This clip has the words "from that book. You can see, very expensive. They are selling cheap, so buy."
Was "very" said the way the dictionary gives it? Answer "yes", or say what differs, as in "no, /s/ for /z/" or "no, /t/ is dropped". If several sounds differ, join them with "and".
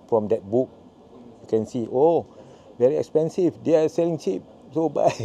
yes